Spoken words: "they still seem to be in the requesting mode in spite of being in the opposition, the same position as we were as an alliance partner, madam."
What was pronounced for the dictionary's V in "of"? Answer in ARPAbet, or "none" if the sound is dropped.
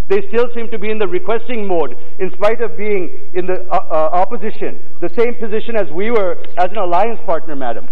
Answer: V